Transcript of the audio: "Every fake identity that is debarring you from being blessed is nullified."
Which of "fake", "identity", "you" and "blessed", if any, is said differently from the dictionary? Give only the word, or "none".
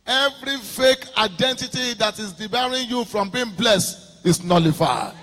none